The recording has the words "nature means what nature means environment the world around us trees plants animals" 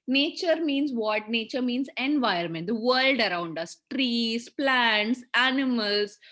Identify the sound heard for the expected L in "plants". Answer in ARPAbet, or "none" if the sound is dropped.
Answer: L